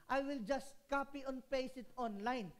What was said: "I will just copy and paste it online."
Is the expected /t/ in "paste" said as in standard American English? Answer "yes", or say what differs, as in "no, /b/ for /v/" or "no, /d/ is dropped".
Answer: no, /t/ is dropped